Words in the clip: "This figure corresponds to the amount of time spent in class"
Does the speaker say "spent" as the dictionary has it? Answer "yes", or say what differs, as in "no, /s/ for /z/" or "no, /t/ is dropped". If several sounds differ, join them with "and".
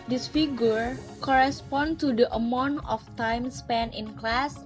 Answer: no, /t/ is dropped